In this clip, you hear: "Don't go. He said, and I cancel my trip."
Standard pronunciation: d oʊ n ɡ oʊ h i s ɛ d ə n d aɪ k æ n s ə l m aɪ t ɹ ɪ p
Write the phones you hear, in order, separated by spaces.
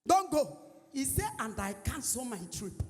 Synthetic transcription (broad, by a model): d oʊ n ɡ oʊ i s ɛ ə n d aɪ k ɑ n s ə m aɪ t ɹ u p